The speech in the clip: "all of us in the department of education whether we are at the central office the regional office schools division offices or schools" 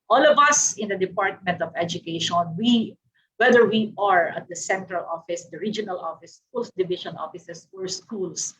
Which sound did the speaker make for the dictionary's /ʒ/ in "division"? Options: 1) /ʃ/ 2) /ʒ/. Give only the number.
1